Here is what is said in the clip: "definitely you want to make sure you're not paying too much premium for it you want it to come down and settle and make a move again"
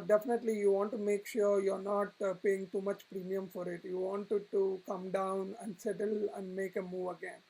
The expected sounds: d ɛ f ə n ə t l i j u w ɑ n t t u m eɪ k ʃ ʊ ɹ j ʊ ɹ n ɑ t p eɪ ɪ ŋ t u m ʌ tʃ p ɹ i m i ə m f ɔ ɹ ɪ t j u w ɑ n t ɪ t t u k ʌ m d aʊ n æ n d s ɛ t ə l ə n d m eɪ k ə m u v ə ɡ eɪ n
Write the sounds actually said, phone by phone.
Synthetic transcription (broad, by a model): d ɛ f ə n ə t l i j u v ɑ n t t u m eɪ k ʃ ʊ ɹ j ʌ ɹ n ɑ t p eɪ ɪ ŋ t u m ʌ tʃ p ɹ i m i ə m f ɔ ɹ ɪ t j u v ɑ n t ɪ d t u k ʌ m d aʊ n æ n d s ɛ t ə l ə n d m eɪ k ə m u v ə ɡ eɪ n